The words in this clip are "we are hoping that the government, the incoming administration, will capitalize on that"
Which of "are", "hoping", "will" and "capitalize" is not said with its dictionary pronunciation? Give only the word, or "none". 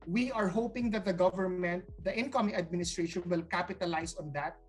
capitalize